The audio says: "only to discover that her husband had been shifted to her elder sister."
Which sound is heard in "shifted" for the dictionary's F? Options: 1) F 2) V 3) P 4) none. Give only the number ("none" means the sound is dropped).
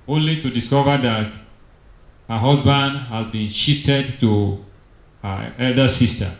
4